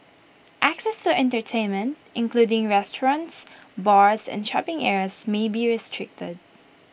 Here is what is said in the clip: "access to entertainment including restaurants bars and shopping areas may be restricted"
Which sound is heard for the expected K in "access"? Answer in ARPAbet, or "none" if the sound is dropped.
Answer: K